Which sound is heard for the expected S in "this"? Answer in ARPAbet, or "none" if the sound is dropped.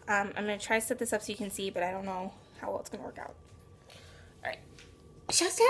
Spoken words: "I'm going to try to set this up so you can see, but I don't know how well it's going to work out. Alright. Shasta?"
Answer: S